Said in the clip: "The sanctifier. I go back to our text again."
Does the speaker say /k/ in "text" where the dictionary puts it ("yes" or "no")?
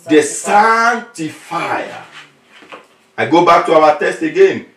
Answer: no